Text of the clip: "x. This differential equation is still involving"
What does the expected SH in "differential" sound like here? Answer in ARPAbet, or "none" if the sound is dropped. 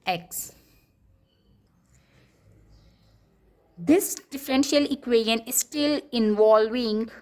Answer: SH